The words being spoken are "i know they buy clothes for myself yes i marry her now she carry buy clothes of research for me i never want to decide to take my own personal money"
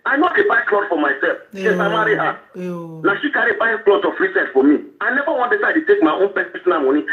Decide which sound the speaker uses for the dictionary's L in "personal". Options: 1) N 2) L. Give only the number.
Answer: 1